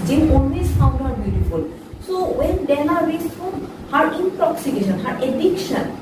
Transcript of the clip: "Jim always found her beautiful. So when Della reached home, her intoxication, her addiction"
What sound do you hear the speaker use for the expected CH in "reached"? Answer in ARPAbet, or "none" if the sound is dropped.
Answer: S